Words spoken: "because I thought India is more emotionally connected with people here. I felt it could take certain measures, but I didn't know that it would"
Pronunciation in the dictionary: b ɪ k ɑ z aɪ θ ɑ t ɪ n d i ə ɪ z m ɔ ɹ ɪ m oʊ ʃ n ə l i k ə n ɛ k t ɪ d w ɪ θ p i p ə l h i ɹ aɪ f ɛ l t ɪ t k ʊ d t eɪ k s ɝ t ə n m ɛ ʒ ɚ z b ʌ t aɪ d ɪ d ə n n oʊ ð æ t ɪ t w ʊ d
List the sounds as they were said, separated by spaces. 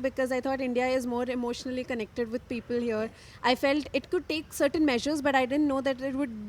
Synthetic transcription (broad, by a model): b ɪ k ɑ z aɪ t ɑ t ɪ n d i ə ɪ z m ɔ ɹ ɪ m oʊ ʃ n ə l i k ə n ɛ k t ɪ d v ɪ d p i p ə l h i ɹ aɪ f ɛ l t ɪ t k ʊ d t eɪ k s ɝ t ə n m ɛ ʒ ɚ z b ʌ t aɪ d ɪ d ə n n oʊ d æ t ɪ t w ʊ d